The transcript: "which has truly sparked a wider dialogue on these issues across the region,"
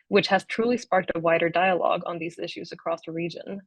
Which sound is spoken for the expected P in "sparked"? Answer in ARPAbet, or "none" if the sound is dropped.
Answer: P